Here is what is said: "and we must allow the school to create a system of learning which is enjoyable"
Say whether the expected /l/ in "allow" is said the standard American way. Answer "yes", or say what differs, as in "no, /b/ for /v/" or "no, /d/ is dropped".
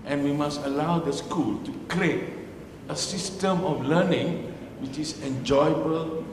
yes